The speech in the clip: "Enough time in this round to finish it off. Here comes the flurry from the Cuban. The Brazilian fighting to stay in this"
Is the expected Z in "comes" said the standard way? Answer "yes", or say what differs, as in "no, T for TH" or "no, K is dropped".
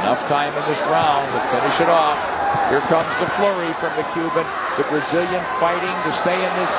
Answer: yes